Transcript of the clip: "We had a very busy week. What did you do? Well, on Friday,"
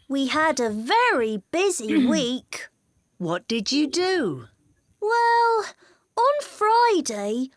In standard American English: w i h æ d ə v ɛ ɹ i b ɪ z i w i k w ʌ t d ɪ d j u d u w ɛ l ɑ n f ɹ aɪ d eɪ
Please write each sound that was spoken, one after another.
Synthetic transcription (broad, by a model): w i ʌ d ə v ɛ ɹ i b ɪ z i w i k w ʌ t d ɪ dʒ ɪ d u w ɛ l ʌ n f ɹ aɪ d eɪ